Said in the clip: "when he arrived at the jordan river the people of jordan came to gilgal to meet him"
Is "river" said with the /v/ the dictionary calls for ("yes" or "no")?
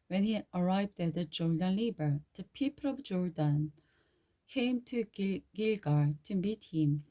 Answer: no